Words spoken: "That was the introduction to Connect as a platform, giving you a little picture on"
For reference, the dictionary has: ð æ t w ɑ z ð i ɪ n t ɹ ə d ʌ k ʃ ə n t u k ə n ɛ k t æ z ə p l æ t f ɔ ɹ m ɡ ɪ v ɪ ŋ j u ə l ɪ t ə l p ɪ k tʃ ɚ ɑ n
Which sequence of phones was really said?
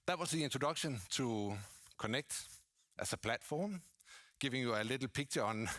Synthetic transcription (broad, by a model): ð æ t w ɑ s ð i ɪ n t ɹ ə d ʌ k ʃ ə n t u k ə n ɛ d t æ s ə p l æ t f ɔ m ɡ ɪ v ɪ ŋ j u ə l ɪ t l p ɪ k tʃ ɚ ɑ n